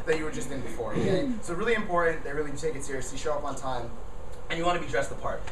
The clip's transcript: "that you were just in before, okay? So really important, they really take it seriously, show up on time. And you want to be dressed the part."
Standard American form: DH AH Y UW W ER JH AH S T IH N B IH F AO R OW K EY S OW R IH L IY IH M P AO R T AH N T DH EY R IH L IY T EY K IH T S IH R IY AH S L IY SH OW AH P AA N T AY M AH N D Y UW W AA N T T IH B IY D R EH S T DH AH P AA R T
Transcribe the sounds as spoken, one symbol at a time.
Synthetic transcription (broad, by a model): DH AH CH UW W ER JH AH S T IH N B IH F AO R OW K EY S OW R IH L IY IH M P AO R T N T DH EY R IH L IY T EY K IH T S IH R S IY SH OW AH P N T AY M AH N Y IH W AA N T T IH B IY D R EH S T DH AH P AA R T